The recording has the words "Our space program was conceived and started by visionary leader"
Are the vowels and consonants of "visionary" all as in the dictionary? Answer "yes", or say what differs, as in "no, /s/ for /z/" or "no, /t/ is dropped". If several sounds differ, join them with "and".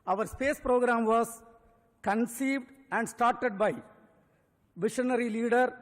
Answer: no, /ʃ/ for /ʒ/